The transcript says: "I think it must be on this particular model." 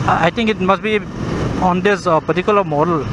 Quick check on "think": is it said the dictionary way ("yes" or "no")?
no